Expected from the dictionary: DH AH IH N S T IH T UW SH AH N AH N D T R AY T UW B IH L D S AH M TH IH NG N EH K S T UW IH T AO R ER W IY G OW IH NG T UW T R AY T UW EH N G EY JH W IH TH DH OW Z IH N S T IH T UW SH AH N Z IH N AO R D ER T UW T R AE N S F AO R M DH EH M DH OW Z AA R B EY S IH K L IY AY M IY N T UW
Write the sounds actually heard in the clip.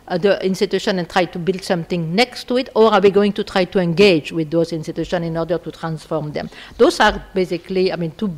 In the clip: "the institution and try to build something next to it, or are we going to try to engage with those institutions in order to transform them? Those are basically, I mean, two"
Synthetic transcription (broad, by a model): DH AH IH N S T IH T UW SH AH N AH N T R AY T UW B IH L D S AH M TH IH NG N EH K S T UW IH T AO R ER W IY G OW IH NG T UW T R AY T UW EH N G EY JH W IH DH OW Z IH N S T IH T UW SH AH N IH N AO R D ER T UW T R AE N S F AO R M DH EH M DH OW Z AA R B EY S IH K L IY AY M IY N T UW